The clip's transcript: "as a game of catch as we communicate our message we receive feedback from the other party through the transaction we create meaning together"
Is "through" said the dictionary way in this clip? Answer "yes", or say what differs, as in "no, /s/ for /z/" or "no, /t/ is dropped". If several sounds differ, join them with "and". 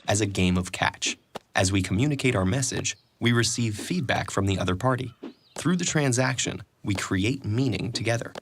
yes